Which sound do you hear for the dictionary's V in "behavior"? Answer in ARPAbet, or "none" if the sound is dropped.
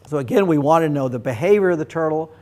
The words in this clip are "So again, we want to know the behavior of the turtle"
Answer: V